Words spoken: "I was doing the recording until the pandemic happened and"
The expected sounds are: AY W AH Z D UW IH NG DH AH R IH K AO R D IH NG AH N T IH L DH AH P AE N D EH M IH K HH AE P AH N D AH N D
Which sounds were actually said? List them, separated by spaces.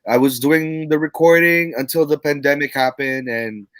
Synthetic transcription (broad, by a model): AY W AH Z D UW IH NG DH AH R IH K AO R D IH NG AH N T IH L DH AH P AE N D EH M IH K HH AE P AH N D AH N